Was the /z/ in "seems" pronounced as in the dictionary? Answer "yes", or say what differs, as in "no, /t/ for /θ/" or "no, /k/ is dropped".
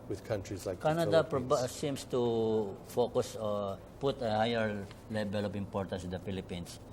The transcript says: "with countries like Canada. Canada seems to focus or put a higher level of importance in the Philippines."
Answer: no, /s/ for /z/